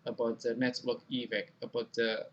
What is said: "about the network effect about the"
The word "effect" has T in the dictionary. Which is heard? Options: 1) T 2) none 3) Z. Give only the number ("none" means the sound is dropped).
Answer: 2